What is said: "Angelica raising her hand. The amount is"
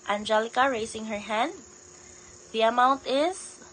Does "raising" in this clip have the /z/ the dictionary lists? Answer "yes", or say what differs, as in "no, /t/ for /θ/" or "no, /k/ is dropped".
no, /s/ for /z/